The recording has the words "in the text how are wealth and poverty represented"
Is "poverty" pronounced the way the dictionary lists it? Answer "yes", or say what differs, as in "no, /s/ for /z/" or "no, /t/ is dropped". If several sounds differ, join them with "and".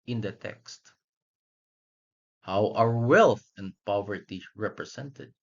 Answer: yes